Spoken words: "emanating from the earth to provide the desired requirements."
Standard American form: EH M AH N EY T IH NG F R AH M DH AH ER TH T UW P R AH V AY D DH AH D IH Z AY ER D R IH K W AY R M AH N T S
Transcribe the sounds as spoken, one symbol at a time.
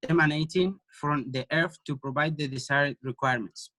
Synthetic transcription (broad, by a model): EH M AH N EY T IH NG F R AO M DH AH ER F T UW P R AH V AY D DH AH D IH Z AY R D R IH K W AY R M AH N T S